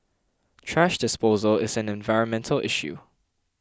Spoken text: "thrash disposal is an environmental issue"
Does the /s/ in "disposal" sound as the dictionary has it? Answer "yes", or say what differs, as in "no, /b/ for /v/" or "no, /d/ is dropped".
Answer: yes